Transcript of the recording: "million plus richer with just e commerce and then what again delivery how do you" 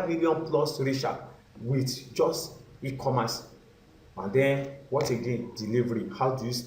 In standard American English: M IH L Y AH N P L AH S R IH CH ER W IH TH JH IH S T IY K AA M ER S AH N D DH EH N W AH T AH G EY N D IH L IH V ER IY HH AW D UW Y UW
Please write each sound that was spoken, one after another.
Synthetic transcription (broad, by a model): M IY L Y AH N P L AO S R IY SH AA W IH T JH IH S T IY K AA M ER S AH N D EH N W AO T AH G EY N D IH L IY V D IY HH AW D UW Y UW